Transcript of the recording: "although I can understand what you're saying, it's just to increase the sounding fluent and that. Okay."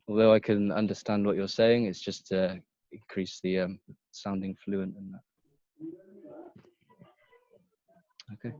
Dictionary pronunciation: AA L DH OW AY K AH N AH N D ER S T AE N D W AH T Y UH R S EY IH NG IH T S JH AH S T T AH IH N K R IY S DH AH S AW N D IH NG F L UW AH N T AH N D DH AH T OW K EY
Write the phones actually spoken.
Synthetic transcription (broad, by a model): AA L DH OW AY K AH N AH N D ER S T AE N D W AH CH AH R S EY IH NG IH T S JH AH S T T AH IH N K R IY S DH AH S AW N D IH NG F L UW AH N T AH N DH AH T OW K EY